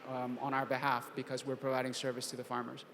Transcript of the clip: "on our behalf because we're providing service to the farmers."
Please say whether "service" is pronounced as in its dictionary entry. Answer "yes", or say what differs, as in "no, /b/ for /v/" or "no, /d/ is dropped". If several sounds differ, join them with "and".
yes